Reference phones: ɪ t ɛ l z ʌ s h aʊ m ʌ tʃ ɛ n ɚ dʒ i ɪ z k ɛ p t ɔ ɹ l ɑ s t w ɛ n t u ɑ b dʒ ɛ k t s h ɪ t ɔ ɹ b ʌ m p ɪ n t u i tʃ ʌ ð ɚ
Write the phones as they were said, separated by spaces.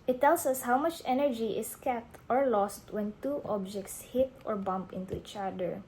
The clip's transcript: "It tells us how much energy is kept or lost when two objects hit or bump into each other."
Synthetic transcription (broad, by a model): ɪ t ɛ l s ʌ s h aʊ m ʌ tʃ ɛ n ɚ dʒ i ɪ s k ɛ t ɔ ɹ l ɑ s t w ɛ n t u ɑ b dʒ ɛ k t s h ɪ t ɔ ɹ b ʌ m p ɪ n t u i tʃ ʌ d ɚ